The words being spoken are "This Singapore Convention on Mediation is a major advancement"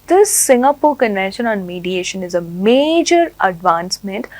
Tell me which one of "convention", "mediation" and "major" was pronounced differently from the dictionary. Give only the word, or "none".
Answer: convention